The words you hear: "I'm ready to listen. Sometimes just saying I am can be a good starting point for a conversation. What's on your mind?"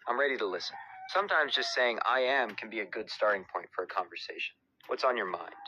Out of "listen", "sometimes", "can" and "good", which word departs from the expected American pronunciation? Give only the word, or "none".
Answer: none